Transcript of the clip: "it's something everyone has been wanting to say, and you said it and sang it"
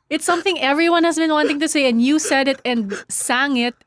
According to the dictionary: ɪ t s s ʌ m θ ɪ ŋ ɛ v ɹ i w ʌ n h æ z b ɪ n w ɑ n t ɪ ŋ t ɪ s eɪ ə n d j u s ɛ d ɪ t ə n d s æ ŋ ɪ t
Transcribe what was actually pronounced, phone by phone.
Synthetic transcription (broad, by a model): ɪ t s s ʌ m θ ɪ ŋ ɛ v ɹ i w ʌ n h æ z b ɪ n w ɑ n t ɪ ŋ t ɪ s eɪ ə n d j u s ɛ d ɪ t ə n d s æ ŋ ɪ t